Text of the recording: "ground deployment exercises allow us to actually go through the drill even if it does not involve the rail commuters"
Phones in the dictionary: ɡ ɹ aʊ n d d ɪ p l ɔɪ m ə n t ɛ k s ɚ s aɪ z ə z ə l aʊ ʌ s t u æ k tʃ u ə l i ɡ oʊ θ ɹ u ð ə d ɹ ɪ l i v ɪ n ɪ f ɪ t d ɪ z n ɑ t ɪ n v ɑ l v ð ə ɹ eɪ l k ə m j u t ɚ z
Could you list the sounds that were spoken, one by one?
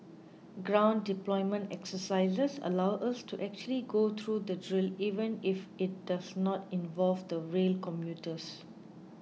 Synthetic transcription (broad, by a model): ɡ ɹ aʊ n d d ɪ p l ɔɪ m ə n t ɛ k s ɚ s aɪ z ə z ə l aʊ ʌ s t u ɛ k tʃ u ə l i ɡ oʊ t ɹ u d ə d ɹ ɪ l i v ɪ n ɪ f ɪ t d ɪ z n ɑ t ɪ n v ɑ l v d ə ɹ eɪ l k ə m j u t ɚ s